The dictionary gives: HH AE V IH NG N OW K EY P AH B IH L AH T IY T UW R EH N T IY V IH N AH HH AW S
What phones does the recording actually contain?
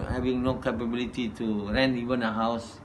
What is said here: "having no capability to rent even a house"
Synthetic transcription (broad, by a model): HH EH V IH NG N OW K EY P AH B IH L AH T IY T UW R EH N IY V IH N AH HH AW S